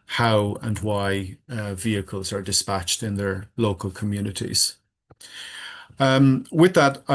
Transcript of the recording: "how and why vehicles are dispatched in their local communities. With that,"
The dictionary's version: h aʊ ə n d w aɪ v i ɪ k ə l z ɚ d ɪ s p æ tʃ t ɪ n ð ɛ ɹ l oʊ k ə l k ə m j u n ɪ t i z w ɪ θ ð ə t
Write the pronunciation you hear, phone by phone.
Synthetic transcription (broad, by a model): h aʊ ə n w aɪ v i ɪ k ə l z ɚ d ɪ s p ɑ tʃ t ɪ n ð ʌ ɹ l oʊ k ə l k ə m j u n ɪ t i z w ɪ ð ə t